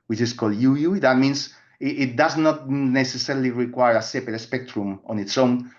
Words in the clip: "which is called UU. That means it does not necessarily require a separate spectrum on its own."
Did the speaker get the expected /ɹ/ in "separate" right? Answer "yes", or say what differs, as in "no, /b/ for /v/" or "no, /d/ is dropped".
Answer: no, /ɹ/ is dropped